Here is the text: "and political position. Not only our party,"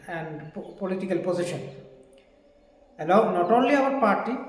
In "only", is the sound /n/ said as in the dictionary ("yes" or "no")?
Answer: yes